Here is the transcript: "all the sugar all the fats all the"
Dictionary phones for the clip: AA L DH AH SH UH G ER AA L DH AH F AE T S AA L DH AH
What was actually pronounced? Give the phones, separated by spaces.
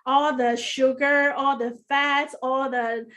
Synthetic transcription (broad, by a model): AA L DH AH SH UH G ER AA L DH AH F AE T AA L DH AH